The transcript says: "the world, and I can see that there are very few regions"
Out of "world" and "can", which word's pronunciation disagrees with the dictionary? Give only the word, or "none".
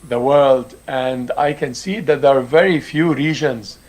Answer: none